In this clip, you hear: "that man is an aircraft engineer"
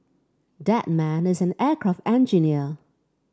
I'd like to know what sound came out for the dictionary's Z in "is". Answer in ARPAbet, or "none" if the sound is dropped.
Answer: Z